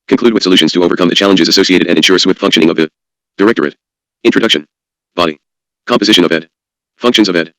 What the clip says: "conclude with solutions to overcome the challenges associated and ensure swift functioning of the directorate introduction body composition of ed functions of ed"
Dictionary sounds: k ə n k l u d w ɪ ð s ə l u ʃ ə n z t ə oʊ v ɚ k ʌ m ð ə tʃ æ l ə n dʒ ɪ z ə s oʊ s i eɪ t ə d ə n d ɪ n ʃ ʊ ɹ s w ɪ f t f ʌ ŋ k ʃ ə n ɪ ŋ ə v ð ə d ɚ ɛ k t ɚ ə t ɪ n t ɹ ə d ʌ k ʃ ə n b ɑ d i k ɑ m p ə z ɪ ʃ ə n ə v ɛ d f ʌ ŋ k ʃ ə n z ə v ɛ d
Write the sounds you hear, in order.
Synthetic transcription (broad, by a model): k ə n k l u d w ɪ ð s ə l u ʃ ə n z t ə oʊ v ɚ k ʌ m ð ə tʃ æ l ə n dʒ ɪ z ə s oʊ s i eɪ t ə d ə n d ɪ n ʃ ʊ ɹ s w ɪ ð f ʌ ŋ k ʃ ə n ɪ ŋ ə v ð ə d ɚ ɛ k t ɚ ə t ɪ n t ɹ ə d ʌ k ʃ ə n b ɑ d i k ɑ m p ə z ɪ ʃ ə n ə v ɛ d f ʌ ŋ k ʃ ə n z ə v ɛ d